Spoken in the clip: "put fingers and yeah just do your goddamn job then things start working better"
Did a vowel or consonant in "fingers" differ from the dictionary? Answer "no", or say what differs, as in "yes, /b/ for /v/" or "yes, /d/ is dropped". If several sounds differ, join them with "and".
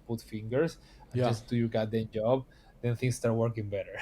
yes, /s/ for /z/